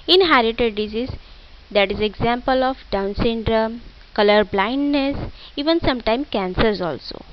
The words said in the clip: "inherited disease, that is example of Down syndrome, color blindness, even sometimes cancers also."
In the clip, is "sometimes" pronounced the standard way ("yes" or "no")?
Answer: no